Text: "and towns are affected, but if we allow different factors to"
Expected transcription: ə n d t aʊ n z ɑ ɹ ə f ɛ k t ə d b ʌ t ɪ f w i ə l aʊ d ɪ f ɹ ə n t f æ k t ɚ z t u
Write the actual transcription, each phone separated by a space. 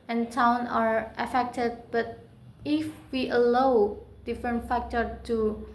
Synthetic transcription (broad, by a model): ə n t aʊ n ɑ ɹ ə f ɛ k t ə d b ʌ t ɪ f w i ə l aʊ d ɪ f ɹ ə n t f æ k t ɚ t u